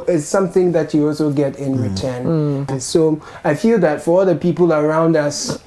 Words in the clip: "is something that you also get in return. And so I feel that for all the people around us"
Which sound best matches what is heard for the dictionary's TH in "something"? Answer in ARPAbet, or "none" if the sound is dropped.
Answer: TH